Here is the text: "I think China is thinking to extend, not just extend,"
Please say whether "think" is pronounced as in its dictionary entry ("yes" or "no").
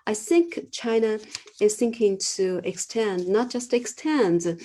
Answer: yes